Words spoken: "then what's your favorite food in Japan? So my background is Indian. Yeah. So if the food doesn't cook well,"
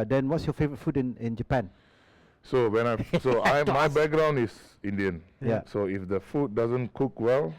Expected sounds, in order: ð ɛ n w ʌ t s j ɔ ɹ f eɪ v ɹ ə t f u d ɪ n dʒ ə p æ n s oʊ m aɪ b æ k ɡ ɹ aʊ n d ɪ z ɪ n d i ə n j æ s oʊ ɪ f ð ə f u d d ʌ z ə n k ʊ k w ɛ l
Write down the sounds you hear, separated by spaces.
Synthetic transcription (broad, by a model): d ɛ n w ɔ t s j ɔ f eɪ v ɹ ə t f u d ɪ n dʒ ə p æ n s oʊ m aɪ b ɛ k ɡ ɹ aʊ n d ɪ s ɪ n d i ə n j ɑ s oʊ ɪ f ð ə f u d d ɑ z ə n k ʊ k w ɛ l